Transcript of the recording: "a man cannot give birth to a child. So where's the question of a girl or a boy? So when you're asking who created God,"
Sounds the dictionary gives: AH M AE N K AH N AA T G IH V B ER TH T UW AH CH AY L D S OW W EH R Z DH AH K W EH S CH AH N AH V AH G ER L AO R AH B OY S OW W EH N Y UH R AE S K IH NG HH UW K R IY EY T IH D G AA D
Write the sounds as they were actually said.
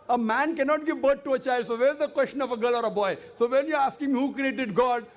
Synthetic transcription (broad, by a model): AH M AE N K AH N AA T G IH V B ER T T UW AH CH AY L D S OW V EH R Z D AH K W EH S CH AH N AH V AH G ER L AO R AH B OY S OW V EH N Y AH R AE S K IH NG HH UW K R IY EY T IH D G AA D